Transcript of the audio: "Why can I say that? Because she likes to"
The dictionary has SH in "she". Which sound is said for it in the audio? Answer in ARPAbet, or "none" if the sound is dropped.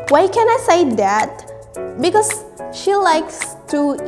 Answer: SH